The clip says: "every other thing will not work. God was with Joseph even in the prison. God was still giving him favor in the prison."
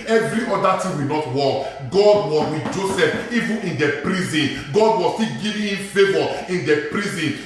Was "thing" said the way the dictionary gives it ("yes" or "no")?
no